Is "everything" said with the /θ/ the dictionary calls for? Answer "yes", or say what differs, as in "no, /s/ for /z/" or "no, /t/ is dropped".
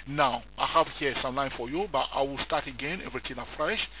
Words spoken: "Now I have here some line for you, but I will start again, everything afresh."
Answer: no, /t/ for /θ/